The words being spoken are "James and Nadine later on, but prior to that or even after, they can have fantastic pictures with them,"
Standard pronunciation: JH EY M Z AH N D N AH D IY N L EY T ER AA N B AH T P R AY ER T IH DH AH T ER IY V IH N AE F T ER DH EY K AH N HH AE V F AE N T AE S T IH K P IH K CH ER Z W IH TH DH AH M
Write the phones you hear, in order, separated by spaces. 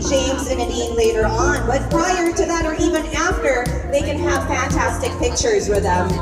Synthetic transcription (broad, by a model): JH EY M Z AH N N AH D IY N L EY T ER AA N B AH T P R AY ER T IH DH AH T ER IY V IH N AE F T ER DH EY K AH N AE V F AE N T AE S T IH K P IH K CH ER Z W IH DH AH